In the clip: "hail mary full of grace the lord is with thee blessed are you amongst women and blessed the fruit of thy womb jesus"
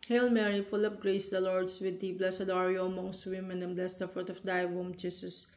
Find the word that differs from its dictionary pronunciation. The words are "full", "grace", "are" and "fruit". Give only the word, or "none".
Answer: fruit